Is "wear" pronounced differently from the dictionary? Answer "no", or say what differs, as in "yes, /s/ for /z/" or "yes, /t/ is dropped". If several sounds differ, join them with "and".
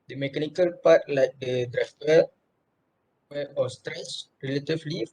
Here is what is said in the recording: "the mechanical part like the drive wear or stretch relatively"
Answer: yes, /w/ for /ɹ/